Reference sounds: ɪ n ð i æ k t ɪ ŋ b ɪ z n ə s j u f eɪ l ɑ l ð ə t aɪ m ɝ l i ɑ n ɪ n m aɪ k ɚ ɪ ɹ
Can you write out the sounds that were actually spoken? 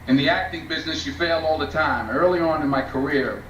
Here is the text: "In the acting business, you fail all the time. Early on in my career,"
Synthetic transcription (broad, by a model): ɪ n ð i æ k t ɪ ŋ b ɪ z n ə s j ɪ f eɪ l ɑ l ð ə t aɪ m ɝ l i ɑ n ɪ n m aɪ k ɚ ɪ ɹ